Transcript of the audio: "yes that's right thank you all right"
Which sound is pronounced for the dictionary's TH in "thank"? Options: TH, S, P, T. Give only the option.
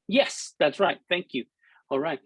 TH